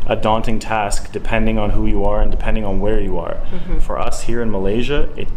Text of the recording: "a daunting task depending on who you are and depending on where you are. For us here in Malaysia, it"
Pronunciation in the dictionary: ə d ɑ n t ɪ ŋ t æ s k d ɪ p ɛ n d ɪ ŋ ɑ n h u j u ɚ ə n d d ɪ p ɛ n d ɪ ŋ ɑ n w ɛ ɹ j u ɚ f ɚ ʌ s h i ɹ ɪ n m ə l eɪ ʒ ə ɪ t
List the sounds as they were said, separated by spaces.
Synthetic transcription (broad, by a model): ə d ɑ n t ɪ ŋ t æ s k d ɪ p ɛ n d ɪ ŋ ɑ n h u j u ɚ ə n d d ɪ p ɛ n d ɪ ŋ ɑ n w ɛ ɹ j u ɚ f ɚ ʌ s h i ɹ ɪ n m ə l eɪ ʒ ə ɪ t